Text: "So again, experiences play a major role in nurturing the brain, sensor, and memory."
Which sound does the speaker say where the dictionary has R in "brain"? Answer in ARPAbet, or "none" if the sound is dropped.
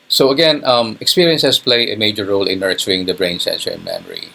R